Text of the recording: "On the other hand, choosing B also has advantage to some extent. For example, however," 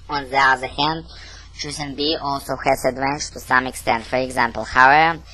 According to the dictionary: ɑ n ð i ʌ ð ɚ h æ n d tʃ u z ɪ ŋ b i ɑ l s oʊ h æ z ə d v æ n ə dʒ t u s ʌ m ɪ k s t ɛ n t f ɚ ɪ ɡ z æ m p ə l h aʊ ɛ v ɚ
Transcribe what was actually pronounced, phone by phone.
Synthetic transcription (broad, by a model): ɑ n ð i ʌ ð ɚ h æ n d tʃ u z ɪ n b i ɑ l s oʊ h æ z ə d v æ n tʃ t u s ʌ m ɪ k s t ɛ n t f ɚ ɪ ɡ z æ m p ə l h aʊ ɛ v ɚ